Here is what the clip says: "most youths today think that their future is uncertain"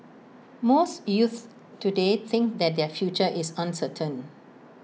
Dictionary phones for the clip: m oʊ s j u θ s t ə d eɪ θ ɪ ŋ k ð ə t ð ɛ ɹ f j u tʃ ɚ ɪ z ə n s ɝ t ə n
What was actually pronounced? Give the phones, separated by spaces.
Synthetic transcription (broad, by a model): m oʊ s j u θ t ə d eɪ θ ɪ ŋ k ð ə t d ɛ f j u tʃ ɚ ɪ s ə n s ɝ t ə n